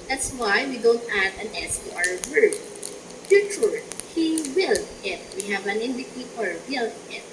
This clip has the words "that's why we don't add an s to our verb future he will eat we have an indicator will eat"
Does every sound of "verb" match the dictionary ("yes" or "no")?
no